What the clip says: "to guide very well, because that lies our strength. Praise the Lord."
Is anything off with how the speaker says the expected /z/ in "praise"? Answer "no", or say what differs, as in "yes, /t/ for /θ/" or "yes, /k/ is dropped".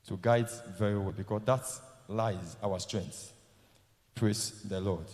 yes, /s/ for /z/